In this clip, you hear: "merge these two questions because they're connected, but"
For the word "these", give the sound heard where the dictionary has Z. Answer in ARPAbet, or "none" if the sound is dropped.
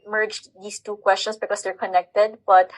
S